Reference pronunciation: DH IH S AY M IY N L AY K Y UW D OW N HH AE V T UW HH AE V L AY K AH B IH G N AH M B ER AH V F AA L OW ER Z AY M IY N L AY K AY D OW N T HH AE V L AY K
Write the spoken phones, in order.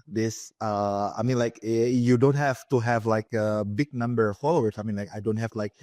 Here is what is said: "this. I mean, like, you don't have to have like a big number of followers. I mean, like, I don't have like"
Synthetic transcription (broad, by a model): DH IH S AY M IY N L AY K Y UW D OW N HH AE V T UW HH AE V L AY K AH B IH G N AH M B ER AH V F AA L OW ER S AY M IY N L AY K AY D OW N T HH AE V L AY K